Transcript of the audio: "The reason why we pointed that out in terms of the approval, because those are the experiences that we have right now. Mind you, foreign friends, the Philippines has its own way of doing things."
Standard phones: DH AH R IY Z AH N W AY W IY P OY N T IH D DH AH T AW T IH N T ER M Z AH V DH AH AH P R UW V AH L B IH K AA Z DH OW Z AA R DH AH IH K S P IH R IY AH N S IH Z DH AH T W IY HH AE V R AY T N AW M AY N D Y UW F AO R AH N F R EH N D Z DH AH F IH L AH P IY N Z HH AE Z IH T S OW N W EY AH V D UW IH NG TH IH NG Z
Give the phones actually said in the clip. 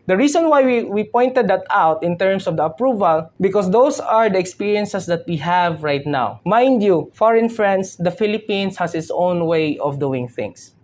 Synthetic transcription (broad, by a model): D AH R IY S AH N W AY W IY P OY N T IH D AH T AW T IH N T ER M S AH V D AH AH P R UW V AH L B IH K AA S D OW S AA R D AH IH K S P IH R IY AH N S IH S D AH T W IY HH AE V R AY T N AW M AY N D Y UW F AO R AH N F R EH N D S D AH F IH L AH P IY N S HH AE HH IH T S OW N W EY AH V D UW IH NG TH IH NG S